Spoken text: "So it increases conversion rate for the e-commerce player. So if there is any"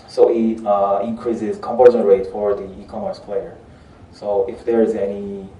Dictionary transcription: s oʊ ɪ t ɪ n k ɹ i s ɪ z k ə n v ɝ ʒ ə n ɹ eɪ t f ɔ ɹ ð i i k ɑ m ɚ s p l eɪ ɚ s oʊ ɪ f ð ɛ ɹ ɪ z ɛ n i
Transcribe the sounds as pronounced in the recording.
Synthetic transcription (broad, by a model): s oʊ ɪ t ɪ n k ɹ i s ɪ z k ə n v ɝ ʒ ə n ɹ eɪ t f ɔ ɹ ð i i k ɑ m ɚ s p l eɪ ɚ s oʊ ɪ f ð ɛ ɹ ɪ z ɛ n i